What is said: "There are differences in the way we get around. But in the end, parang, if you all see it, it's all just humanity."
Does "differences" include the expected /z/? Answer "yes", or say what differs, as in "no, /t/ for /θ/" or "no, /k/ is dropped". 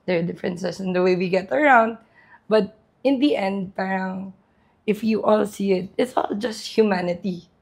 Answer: no, /s/ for /z/